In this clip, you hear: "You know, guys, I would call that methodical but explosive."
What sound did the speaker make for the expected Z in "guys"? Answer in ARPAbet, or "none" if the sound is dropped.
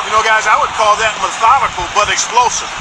Z